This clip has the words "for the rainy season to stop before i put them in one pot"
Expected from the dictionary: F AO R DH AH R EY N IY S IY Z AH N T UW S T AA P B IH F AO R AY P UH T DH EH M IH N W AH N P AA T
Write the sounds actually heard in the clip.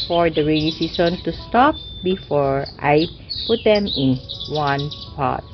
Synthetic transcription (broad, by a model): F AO R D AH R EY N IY S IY S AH N T UW S T AA P B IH F AO R AY P UH T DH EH M IH N W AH N P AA T